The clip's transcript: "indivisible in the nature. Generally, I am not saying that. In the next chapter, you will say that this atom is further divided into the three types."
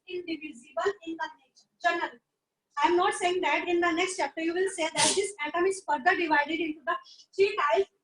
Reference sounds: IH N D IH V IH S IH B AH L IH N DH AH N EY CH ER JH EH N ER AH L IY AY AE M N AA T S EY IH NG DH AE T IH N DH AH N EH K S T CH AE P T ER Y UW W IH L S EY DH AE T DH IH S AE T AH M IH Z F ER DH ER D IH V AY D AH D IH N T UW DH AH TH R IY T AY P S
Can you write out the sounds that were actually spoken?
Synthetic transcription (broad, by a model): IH N D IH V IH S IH B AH L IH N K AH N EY SH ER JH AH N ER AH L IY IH M N AA T S EY IH NG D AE T IH N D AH N EH K S T CH AE P T ER Y UW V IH L S EY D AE T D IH S AE T AH M IH Z F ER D ER D IH V AY D AH D IH N T UW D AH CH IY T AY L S